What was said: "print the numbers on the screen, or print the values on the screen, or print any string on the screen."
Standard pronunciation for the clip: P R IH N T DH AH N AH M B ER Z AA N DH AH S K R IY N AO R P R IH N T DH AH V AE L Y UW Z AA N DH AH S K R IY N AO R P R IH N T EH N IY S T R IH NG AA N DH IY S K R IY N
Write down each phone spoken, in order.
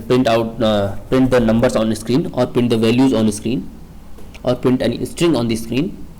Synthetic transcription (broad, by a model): P R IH N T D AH N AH M B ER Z AA N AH S K R IY N AO R P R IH N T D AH V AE L Y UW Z AA N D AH S K R IY N AO R P R IH N T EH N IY S T R IH NG AA N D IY S K R IY N